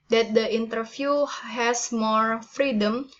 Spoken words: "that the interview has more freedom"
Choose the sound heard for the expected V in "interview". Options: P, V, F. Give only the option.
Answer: F